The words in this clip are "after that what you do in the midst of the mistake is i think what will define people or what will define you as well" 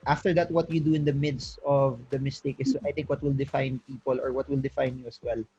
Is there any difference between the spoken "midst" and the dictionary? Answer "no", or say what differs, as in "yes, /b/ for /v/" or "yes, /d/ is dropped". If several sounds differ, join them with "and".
no